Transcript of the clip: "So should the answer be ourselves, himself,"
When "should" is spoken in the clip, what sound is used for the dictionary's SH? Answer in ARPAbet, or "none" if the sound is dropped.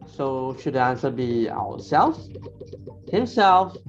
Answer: SH